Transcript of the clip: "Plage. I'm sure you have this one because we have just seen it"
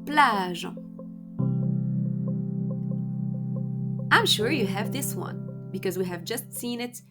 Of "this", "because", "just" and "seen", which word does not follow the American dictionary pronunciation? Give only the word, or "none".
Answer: none